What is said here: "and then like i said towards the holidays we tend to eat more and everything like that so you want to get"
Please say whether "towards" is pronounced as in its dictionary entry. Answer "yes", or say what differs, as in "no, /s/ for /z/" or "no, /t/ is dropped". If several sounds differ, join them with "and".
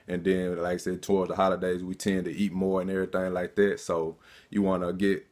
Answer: yes